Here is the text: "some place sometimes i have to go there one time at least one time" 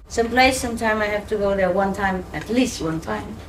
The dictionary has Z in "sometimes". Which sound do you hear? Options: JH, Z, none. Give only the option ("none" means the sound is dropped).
none